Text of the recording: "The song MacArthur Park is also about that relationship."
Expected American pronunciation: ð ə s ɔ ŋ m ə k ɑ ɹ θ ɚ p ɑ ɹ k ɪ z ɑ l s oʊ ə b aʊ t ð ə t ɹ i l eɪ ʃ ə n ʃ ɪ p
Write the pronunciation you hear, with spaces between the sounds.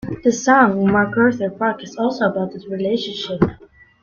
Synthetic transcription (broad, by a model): ð ə s ɔ ŋ m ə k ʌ ɹ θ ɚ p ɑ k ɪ s ɑ l s oʊ ə b aʊ t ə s ɹ i l eɪ ʃ ə n ʃ ɪ p